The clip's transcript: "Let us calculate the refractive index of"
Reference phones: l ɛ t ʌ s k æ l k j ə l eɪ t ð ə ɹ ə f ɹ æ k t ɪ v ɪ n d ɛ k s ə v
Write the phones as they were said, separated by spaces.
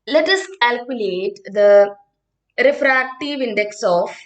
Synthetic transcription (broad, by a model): l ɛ t ʌ s k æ l k j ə l eɪ t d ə ɹ ə f ɹ æ k t ɪ v ɪ n d ɛ k s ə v